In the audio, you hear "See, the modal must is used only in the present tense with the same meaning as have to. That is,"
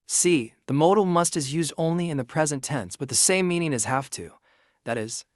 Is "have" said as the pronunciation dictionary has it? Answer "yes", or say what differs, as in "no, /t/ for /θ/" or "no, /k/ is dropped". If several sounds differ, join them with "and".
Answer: no, /f/ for /v/